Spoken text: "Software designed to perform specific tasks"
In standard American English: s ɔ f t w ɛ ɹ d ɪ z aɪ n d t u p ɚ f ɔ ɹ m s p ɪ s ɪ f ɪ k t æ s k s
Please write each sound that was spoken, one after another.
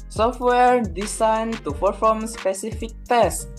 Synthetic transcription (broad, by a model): s ɔ f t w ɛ ɹ d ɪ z aɪ n t u f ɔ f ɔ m s p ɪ s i f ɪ k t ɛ s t